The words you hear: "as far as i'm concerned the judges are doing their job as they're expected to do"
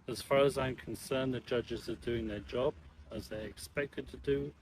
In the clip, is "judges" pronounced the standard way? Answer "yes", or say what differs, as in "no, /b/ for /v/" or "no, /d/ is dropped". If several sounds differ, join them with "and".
yes